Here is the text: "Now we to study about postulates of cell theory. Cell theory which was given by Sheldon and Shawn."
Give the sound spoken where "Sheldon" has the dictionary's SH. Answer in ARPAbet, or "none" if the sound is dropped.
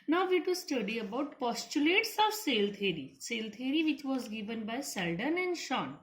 S